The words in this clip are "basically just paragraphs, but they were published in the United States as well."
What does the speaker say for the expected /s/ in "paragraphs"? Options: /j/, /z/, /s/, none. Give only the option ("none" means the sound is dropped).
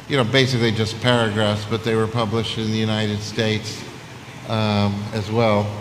/s/